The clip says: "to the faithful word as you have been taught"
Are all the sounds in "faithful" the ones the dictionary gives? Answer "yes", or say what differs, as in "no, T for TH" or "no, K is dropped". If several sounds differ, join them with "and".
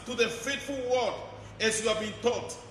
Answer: no, T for TH